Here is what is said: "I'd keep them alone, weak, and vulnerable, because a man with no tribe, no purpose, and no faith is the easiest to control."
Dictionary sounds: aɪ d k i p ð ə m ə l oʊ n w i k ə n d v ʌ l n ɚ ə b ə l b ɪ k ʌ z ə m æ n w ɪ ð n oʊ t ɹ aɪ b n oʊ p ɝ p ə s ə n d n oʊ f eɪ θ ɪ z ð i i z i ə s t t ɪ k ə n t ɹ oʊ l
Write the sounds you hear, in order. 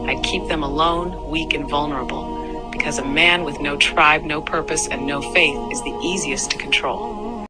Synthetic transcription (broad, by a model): aɪ d k i p ð ə m ə l oʊ n w i k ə n v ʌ l n ɚ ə b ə l b ɪ k ʌ z ə m æ n w ɪ ð n oʊ t ɹ aɪ b n oʊ p ɝ p ə s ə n n oʊ f eɪ θ ɪ z ð i i z i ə s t t ɪ k n t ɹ oʊ l